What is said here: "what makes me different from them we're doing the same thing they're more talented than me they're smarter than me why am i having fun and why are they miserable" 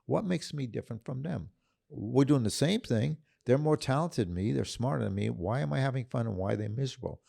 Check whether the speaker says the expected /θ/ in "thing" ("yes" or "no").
yes